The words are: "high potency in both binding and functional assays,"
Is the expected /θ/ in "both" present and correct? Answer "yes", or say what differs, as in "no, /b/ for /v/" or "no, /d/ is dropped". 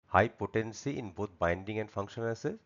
no, /t/ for /θ/